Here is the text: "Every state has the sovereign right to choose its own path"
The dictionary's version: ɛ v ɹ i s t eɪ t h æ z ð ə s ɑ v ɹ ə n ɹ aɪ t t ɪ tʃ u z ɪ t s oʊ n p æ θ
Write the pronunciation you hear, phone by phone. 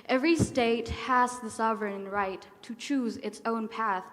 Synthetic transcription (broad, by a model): ɛ v ɹ i s t eɪ t h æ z ð ə s ɑ v ɹ ə n ɹ aɪ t t ɪ tʃ u z ɪ t s oʊ n p æ θ